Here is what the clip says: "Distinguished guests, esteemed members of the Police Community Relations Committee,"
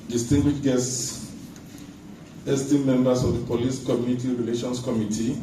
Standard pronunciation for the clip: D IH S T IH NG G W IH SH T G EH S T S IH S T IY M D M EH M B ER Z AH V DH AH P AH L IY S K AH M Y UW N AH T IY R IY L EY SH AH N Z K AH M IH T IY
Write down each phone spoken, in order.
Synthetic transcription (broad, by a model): D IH S T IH NG G W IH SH G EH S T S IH S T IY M M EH M B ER S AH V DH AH P AH L IY S K AH M Y UW N AH T IY R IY L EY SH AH N S K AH M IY T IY